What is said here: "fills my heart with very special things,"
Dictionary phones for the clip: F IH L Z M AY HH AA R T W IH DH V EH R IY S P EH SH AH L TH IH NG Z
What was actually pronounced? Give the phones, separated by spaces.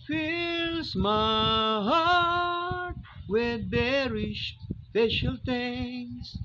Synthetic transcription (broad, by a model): F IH L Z M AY HH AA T W IH DH B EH R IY SH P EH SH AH L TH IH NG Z